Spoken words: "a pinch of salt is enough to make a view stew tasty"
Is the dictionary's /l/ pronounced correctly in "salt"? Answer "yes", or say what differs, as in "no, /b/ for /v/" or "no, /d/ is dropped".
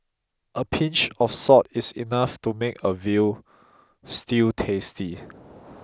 no, /l/ is dropped